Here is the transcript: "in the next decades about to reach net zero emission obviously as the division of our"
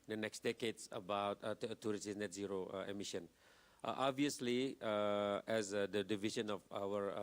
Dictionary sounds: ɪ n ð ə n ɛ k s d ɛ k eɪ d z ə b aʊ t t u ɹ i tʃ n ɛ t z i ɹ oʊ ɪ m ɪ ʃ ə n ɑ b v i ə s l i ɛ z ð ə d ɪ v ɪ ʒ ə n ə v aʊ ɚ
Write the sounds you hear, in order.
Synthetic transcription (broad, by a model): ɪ n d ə n ɛ k s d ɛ k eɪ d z ə b aʊ t t u ɹ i s n ɛ t z i ɹ oʊ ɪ m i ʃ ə n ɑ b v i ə s l i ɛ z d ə d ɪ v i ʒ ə n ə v aʊ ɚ